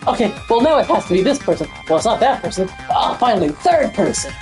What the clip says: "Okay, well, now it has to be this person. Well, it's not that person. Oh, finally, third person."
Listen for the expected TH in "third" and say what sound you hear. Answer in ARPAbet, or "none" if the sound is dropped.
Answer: TH